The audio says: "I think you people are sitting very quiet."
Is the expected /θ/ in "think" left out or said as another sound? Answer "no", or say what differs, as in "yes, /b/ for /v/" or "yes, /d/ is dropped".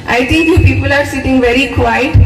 yes, /t/ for /θ/